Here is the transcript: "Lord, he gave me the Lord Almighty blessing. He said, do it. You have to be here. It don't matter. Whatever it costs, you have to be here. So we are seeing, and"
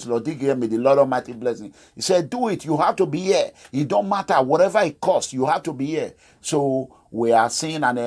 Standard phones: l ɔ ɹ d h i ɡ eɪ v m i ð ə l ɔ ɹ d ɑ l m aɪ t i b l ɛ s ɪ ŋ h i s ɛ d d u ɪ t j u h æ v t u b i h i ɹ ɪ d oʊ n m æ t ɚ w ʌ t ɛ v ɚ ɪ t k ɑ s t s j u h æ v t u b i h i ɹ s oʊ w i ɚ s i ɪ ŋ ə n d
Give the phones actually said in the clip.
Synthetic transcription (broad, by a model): l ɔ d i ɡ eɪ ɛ m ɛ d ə l ɔ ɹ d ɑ m aɪ t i b l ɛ s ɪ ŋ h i s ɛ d d u ɪ t j u h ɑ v t u b i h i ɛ ɪ d oʊ n m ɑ t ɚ w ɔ t ɛ v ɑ ɪ t k ɑ s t j u h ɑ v t u b i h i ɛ s oʊ w i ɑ s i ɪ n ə n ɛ